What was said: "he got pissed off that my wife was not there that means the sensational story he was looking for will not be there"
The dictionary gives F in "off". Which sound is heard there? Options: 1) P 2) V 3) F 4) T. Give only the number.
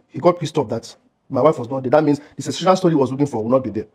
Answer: 1